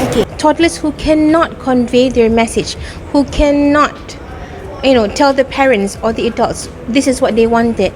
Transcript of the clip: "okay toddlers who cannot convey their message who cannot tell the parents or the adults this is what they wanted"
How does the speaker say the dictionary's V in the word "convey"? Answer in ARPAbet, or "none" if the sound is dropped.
V